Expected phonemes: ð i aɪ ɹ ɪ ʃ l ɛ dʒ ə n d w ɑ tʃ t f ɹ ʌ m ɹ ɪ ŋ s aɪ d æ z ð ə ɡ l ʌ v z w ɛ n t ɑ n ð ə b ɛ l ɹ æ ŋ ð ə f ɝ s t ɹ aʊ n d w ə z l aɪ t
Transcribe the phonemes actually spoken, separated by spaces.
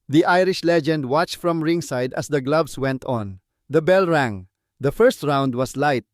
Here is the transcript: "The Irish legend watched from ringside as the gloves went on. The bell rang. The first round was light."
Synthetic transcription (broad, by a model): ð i aɪ ɹ ɪ ʃ l ɛ dʒ ə n d w ɑ tʃ t f ɹ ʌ m ɹ ɪ ŋ s aɪ d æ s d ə ɡ l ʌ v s w ɛ n t ɑ n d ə b ɛ l ɹ æ ŋ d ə f ɝ s t ɹ aʊ n d w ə s l aɪ t